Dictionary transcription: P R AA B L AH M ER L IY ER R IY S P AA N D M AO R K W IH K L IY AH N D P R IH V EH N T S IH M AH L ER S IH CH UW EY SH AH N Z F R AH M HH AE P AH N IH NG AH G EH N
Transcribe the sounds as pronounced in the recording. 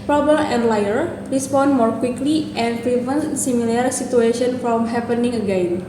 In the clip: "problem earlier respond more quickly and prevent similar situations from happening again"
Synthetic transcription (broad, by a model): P R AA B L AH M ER L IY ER R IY S P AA N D M AO R K W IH K L IY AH N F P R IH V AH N S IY M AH L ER S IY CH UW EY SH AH N F R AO M HH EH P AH N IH NG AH G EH N